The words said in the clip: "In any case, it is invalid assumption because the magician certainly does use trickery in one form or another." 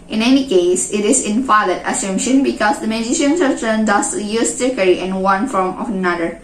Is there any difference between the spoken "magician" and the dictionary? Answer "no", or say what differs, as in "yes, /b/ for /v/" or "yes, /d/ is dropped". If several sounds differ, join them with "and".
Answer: no